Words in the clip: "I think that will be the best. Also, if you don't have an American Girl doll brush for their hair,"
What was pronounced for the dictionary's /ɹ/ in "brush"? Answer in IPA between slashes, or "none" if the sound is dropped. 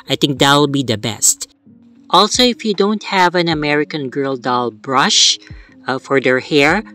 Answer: /ɹ/